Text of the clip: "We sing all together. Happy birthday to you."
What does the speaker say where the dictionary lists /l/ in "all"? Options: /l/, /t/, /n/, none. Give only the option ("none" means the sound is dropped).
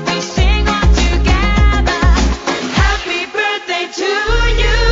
/n/